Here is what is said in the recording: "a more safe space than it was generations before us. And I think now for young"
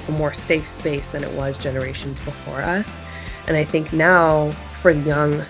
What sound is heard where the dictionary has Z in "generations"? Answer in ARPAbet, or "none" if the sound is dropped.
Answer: Z